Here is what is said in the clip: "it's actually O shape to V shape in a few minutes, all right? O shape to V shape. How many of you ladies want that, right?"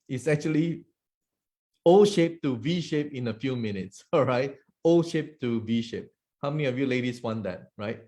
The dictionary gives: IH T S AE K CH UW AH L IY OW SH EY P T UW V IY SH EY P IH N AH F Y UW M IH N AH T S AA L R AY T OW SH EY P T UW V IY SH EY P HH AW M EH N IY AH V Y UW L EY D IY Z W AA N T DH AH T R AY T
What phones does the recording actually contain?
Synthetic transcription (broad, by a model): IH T S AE K CH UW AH L IY OW SH EY P T UW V IY SH EY P IH N AH F Y UW M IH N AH T S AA R AY T OW SH EY P T UW V IY SH EY P HH AW M EH N IY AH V Y UW L EY D IY S W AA N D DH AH T R AY T